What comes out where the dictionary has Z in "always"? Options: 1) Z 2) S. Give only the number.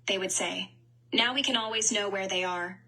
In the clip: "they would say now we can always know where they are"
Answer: 1